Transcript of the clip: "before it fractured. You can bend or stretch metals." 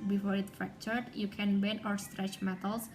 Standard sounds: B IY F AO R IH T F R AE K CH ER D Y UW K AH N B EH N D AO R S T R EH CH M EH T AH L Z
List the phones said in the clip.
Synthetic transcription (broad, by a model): B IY F AO R IH T F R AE K CH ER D Y UW K AH N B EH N AO R S T R EH CH M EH T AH L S